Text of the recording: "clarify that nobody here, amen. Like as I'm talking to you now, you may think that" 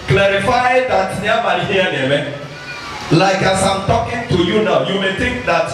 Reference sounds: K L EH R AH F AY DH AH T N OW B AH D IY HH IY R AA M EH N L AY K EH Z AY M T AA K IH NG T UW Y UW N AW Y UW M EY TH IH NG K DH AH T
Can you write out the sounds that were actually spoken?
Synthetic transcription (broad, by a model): K L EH R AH F AY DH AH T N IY AH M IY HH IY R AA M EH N L AY K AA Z AY M T AA K IH NG T UW Y UW N AW Y UW M EY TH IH NG K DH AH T